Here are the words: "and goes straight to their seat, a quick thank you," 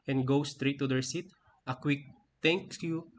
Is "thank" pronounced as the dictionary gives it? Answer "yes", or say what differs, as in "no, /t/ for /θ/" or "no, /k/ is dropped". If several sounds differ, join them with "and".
no, /t/ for /θ/